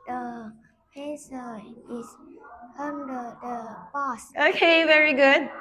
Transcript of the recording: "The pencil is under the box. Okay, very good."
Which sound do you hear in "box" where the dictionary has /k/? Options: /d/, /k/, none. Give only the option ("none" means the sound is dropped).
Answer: none